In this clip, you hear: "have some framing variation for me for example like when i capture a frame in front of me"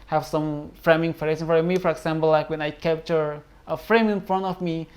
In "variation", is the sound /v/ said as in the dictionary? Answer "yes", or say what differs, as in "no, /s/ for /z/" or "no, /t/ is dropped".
no, /f/ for /v/